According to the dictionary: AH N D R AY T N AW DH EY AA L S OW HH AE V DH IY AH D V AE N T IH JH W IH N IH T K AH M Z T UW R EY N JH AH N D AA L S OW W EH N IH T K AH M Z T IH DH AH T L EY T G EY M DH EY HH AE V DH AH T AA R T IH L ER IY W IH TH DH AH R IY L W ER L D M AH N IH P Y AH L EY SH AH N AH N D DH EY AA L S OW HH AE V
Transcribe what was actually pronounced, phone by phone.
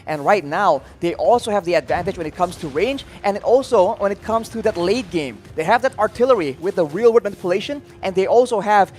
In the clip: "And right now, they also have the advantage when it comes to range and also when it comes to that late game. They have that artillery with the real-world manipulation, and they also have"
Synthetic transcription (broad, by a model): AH N R AY T N AW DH EY AA L S OW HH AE V DH IY AH D V AE N T IH JH W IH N IH T K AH M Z T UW R EY N JH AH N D AA L S OW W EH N IH T K AH M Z T IH DH AH T L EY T G EY M DH EY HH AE V DH AH T AA R T IH L ER IY W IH DH AH R IY L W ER D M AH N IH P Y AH L EY SH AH N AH N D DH EY AA L S OW HH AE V